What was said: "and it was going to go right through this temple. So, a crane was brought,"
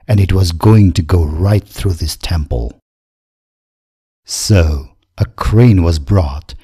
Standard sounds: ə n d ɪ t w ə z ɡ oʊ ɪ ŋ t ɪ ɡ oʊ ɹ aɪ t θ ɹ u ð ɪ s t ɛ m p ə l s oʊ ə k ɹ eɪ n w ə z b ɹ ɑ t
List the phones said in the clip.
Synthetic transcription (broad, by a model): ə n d ɪ t w ə z ɡ oʊ ɪ ŋ t ɪ ɡ oʊ ɹ aɪ t θ ɹ u ð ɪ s t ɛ m p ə l s oʊ ə k ɹ eɪ n w ə z b ɹ ɑ t